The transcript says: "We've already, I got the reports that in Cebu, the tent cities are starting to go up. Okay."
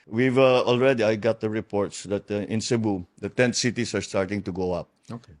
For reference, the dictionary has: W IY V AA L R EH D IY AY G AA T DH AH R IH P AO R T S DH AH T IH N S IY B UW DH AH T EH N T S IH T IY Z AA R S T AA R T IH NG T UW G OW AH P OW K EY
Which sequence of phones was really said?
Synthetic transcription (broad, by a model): W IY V AA L R EH D IY AY G AA T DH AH R IH P AO R T S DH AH T IH N S IY B UW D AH T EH N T S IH T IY S AA R S T AA R T IH NG T UW G OW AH P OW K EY